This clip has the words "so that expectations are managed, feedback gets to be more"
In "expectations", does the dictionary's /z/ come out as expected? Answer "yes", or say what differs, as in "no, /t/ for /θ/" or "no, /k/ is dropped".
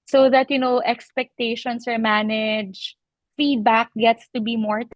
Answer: no, /s/ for /z/